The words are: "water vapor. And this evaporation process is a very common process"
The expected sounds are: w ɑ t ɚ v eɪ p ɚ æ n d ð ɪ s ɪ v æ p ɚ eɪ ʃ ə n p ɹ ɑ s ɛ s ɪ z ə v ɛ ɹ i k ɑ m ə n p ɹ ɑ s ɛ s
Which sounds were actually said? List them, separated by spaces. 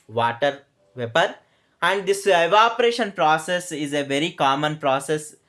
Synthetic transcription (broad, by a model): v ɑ t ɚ v eɪ p ɚ æ n d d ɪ s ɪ v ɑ p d eɪ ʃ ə n p ɹ ɑ s ɛ s ɪ z ə v ɛ ɹ i k ɑ m ə n p ɹ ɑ s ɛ s